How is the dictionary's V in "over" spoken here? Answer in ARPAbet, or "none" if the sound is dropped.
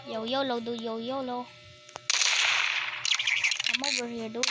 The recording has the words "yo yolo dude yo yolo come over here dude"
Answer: B